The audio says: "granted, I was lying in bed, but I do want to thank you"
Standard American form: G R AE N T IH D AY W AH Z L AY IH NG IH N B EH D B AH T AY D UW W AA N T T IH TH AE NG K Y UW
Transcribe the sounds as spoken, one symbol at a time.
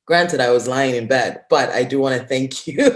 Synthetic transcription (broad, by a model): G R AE N T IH D AY W AH Z L AY IH NG IH N B EH D B AH T AY D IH W AA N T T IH TH AE NG K Y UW